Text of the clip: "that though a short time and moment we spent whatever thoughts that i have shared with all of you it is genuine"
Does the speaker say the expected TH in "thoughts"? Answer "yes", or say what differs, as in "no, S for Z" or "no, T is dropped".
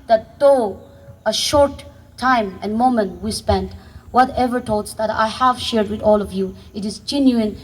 no, T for TH